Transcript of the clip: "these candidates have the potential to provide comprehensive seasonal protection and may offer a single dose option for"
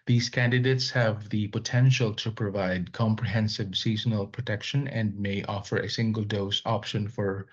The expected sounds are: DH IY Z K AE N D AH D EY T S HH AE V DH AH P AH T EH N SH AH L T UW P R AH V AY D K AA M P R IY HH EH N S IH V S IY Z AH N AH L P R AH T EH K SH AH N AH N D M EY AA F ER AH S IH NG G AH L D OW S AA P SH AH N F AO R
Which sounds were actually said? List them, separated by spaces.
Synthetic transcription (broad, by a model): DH IY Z K AE N D AH D EY T S HH AE V DH AH P AH T EH N SH AH L T UW P R AH V AY D K AA M P R IY HH EH N S IH V S IY Z AH N AH L P R AH T EH K SH AH N AH N D M EY AA F ER AH S IH NG G AH L D OW S AA P SH AH N F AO R